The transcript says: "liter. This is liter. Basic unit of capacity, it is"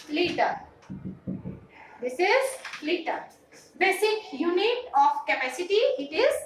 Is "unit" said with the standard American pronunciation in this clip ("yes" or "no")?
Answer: yes